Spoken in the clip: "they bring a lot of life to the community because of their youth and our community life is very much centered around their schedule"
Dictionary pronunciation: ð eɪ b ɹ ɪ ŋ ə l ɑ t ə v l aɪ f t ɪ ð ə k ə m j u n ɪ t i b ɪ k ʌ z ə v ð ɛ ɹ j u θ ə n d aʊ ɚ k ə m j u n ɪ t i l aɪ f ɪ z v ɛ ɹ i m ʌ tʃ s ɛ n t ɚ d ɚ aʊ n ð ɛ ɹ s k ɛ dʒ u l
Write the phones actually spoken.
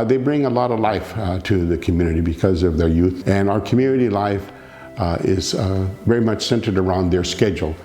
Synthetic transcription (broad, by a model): ð eɪ b ɹ ɪ ŋ ə l ɑ t ə v l aɪ f t ɪ ð ə k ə m j u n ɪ t i b ɪ k ʌ z ə v ð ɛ ɹ j u θ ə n aʊ ɚ k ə m j u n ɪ t i l aɪ f ɪ z v ɛ ɹ i m ʌ tʃ s ɛ n t ɚ d ɚ aʊ n ð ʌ ɹ s k ɛ dʒ l